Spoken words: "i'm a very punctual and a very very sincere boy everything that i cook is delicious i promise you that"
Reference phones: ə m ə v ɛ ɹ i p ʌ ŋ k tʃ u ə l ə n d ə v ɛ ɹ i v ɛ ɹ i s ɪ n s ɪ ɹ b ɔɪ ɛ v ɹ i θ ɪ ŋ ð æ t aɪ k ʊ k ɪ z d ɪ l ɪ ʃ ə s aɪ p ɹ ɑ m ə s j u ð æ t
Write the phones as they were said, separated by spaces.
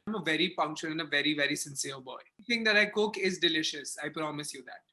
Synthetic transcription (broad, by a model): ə m ə v ɛ ɹ i f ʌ ŋ k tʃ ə n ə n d ə v ɛ ɹ i v ɛ ɹ i s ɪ n s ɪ ɹ b ɔɪ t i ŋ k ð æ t aɪ k ʊ k ɪ z d ɪ l ɪ ʃ ə s aɪ p ɹ ɑ m ə s j u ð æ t